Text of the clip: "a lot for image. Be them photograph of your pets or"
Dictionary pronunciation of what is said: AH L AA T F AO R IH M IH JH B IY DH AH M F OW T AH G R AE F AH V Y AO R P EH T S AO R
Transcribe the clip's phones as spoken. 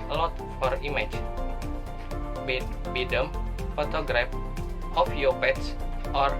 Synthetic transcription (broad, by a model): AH L AA T F AO R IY M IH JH B IY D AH M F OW T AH G R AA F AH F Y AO P EH T S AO R